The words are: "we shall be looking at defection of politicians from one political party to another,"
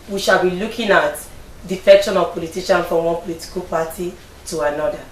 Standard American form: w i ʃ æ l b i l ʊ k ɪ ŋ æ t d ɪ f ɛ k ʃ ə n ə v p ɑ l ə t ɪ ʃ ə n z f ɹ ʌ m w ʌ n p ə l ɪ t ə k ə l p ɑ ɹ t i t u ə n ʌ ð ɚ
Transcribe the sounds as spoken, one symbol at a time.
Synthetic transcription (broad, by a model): w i ʃ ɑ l b i l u k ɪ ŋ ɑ t d ɪ f ɛ k ʃ ə n ə v p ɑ l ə t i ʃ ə n f ɹ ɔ m w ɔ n p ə l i t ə k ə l p ɑ t i t u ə n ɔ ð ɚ